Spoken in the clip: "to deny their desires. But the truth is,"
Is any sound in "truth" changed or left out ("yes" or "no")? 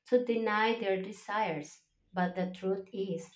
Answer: yes